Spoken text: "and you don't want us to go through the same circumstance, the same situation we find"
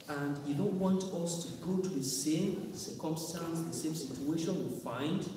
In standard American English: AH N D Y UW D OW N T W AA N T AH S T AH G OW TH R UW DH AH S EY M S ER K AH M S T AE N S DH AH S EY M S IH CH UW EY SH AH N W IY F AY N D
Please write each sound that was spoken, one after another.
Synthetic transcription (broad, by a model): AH N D Y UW D OW N T W AA N T AH S T AH G OW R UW DH AH S EY M S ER K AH M S T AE N S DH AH S EY M S IH CH UW EY SH AH N W IY F AY N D